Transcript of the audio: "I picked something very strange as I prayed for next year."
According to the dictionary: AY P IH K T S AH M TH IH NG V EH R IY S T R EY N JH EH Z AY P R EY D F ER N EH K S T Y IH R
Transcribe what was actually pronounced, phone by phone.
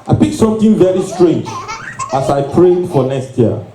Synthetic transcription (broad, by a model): AY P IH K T S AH M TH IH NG V EH R IY S T R EY N JH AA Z AY P R EY D F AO N EH K S T Y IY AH